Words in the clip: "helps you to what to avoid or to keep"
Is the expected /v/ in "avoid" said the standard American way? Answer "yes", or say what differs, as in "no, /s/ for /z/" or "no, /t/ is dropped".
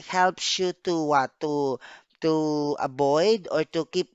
no, /b/ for /v/